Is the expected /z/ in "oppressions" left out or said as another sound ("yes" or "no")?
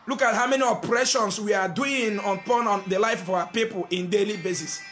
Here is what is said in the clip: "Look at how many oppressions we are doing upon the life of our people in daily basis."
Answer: yes